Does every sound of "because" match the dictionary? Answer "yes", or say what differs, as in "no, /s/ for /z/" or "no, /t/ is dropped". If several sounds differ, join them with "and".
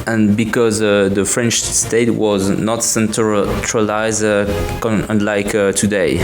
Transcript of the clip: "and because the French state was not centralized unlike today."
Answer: yes